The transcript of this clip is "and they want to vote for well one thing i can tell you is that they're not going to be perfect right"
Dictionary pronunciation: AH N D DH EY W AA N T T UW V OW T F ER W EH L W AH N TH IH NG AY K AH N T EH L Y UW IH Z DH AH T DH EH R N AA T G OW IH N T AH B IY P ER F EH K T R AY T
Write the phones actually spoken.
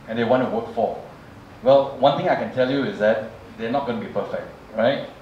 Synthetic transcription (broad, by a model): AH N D EY W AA N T T UW W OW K F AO W EH L W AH N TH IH NG AY K AH N T EH L Y UW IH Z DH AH T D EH N AA T G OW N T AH B IY P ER F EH K T R AY T